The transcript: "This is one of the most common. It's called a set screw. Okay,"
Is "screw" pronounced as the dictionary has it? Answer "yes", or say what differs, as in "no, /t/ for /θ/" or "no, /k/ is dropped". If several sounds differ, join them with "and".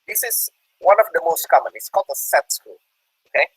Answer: no, /ɹ/ is dropped